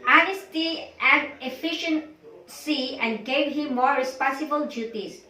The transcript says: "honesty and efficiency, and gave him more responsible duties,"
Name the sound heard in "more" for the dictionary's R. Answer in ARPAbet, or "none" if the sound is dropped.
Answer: R